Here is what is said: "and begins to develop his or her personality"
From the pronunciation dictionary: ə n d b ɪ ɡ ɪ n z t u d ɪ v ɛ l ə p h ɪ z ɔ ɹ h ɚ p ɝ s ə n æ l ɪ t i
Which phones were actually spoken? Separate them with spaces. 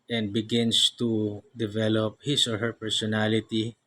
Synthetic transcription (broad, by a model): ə n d b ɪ ɡ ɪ n s t u d ɪ v ɛ l ə p h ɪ s ɔ ɹ h ɚ p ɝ s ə n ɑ l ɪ t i